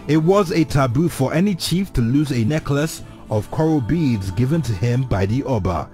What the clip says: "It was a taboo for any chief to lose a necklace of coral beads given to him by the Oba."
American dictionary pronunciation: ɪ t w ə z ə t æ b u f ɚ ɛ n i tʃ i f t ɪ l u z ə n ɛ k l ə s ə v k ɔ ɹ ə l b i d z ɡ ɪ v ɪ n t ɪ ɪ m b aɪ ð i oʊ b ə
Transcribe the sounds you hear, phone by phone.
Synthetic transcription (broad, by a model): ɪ t w ə z ə t æ b u f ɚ ɛ n i tʃ i f t ɪ l u z ə n ɛ k l ə s ə v k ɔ ɹ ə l b i d z ɡ ɪ v ɪ n t ɪ ɪ m b aɪ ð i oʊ b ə